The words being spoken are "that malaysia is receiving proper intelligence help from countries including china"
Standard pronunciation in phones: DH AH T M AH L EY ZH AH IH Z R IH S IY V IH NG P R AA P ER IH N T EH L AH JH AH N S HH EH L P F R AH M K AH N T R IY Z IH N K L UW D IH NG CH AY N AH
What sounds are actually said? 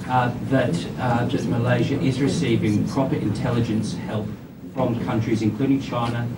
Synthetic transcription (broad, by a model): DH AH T M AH L EY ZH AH IH Z R IH S IY V IH NG P R AA P ER IH N T EH L AH JH AH N S HH EH L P F R AH M K AH N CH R IY Z IH N K L UW D IH NG CH AY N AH